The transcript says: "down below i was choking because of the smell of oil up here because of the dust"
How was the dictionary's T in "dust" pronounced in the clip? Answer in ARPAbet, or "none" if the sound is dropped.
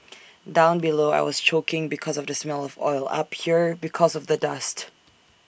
T